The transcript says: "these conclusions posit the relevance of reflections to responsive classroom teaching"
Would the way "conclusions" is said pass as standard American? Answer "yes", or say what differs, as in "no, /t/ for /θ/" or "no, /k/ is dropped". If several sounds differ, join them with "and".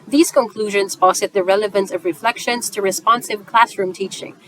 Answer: yes